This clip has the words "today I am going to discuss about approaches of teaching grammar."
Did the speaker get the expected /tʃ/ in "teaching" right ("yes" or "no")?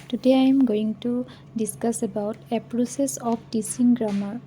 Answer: no